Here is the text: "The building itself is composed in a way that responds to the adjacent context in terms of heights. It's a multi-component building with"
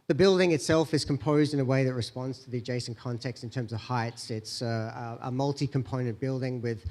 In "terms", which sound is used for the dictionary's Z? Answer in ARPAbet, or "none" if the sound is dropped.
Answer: Z